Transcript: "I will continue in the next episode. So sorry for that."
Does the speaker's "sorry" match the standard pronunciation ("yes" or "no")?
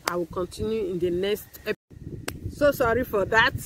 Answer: yes